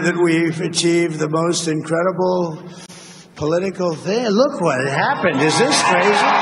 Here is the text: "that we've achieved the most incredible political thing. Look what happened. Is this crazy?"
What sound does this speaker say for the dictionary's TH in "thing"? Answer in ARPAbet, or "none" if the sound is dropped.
TH